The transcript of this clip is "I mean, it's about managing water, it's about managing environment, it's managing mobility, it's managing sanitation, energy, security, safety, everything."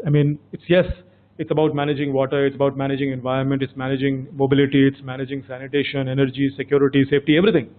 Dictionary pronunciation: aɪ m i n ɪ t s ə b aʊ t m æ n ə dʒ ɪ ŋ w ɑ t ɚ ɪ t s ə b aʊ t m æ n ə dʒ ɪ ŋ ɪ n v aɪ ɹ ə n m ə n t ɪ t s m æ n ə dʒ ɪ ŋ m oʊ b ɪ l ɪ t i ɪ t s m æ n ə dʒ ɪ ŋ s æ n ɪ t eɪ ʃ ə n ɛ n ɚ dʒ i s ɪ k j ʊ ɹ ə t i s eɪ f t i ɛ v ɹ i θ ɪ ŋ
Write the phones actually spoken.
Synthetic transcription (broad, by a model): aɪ m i n ɪ t s ə b aʊ t m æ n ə dʒ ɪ ŋ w ɑ t ɚ ɪ t s ə b aʊ t m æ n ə dʒ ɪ ŋ ɪ n v aɪ ɹ ə n m ə n t ɪ t s m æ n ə dʒ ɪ ŋ m oʊ b ɪ l ɪ t i ɪ t s m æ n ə dʒ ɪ ŋ s æ n ɪ t eɪ ʃ ə n ɛ n ɚ dʒ i s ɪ k j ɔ ɹ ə t i s eɪ f t i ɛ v ɹ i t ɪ ŋ